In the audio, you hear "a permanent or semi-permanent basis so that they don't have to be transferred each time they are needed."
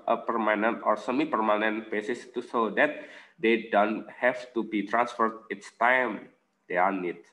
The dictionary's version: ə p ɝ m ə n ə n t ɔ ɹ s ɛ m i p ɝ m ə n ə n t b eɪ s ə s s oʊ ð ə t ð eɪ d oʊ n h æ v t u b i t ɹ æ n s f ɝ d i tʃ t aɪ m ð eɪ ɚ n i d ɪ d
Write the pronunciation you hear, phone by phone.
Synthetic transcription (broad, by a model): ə p ɝ m ə n ə n t ɔ ɹ s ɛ m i p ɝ m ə n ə n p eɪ s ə s s oʊ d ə t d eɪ d oʊ n h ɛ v t u b i t ɹ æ n s f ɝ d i s t aɪ m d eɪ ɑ n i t